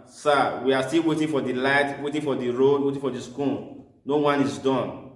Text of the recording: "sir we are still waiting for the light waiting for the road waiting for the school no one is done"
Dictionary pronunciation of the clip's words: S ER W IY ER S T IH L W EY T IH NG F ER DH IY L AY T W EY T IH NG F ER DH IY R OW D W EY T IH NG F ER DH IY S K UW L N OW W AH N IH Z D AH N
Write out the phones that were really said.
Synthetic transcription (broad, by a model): S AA W IY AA S T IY L W EY T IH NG F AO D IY L AY T W EY T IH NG F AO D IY R OW D W EY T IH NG F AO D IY S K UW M N OW W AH N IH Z D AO N